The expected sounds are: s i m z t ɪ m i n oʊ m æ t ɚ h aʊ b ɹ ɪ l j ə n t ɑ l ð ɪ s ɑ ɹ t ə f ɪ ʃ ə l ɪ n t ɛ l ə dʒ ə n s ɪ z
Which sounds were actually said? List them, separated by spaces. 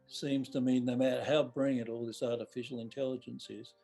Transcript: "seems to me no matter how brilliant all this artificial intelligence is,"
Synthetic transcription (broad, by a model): s i m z t ɪ m i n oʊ m æ t ɚ h aʊ b ɹ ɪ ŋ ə t ɑ l ð ɪ s ɑ ɹ t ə f ɪ ʃ l ɪ n t ɛ l ə dʒ ə n s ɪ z